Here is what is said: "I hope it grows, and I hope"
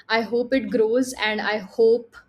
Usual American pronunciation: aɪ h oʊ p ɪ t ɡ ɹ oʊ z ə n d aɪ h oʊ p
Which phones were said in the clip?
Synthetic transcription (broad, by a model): aɪ h oʊ p ɪ t ɡ ɹ oʊ z ə n d aɪ h oʊ p